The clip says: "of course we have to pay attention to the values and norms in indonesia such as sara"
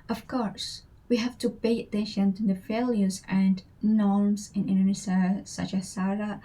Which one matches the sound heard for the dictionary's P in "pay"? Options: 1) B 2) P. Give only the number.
1